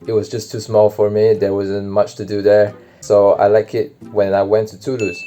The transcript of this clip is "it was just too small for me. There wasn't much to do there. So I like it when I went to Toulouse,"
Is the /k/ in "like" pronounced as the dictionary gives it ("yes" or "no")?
yes